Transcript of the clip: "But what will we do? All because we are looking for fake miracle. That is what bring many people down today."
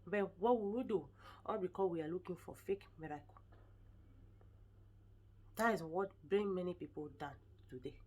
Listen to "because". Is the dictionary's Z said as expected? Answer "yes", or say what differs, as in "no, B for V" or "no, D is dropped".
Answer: no, Z is dropped